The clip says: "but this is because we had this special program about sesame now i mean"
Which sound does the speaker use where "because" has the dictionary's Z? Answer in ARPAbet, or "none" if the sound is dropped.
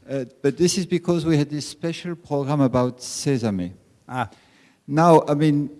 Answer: Z